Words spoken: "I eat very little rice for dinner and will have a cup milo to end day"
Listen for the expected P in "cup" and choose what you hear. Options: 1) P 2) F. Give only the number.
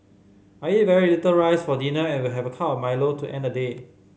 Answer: 2